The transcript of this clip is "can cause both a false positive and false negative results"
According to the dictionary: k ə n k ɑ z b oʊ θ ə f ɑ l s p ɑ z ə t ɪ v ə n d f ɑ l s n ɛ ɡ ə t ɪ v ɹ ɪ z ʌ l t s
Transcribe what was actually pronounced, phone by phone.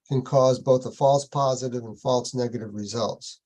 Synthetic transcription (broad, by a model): k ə n k ɑ z b oʊ θ ə f ɑ l s p ɑ z ə t ɪ v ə n f ɑ l s n ɛ ɡ ə t ɪ v ɹ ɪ z ʌ l t s